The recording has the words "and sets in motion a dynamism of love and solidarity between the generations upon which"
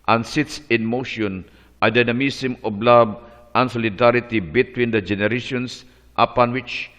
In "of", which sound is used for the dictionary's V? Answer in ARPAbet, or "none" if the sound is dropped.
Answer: B